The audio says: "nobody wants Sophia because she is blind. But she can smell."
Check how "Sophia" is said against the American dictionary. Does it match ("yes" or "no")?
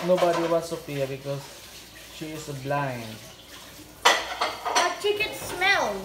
no